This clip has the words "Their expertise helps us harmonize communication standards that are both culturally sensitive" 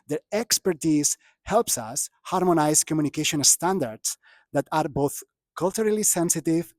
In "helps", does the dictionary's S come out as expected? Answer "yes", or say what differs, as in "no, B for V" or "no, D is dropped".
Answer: yes